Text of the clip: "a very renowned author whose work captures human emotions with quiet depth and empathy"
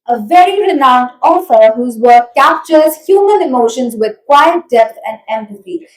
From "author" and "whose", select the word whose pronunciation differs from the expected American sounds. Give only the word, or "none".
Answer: author